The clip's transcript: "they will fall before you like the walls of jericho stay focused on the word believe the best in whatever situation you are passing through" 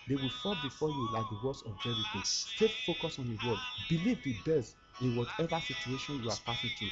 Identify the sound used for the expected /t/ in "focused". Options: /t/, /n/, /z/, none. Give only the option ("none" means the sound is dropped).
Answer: none